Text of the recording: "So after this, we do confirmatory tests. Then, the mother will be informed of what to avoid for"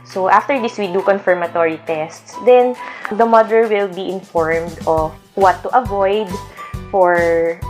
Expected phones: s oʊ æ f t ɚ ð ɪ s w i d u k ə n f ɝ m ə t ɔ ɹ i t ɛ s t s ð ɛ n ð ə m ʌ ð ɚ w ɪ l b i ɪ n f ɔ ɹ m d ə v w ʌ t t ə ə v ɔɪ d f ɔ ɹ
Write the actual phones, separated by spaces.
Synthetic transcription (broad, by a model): s oʊ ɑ f t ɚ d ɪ s w i d u k ə n f ɝ m ə t ɔ ɹ i t ɛ s t s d ɛ n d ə m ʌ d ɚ w ɪ l b i ɪ n f ɔ ɹ m d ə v w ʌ t t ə ə v ɔɪ d f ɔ ɹ